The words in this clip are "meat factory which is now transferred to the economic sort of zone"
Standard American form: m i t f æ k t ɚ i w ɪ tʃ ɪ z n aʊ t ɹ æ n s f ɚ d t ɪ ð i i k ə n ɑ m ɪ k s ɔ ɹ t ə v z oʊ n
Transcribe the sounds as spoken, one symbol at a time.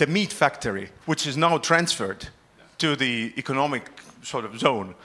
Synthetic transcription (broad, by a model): m i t f æ k t ɚ i w ɪ tʃ ɪ z n aʊ t ɹ æ n s f ɚ d t ɪ ð i i k ə n ɑ m ɪ k s ɔ ɹ t ə v z oʊ n